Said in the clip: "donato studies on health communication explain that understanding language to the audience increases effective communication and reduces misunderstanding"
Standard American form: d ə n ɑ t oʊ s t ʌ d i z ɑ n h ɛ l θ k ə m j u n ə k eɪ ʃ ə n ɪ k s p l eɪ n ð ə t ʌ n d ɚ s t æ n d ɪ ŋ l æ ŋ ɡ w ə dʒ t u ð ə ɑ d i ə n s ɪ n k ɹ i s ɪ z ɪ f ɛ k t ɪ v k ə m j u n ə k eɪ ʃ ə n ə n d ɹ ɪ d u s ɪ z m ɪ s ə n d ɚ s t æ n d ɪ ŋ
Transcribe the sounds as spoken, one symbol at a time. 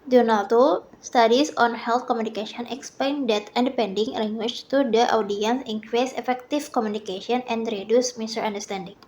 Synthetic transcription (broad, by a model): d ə n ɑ t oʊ s t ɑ d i s ɑ n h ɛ l t k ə m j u n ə k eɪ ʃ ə n ɪ k s p l eɪ n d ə t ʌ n d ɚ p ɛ n d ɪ ŋ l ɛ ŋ ɡ w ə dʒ t u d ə ɑ d i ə n s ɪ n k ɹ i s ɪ f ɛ k t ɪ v k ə m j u n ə k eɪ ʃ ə n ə n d ɹ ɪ d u s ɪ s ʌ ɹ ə n d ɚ s t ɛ n d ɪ ŋ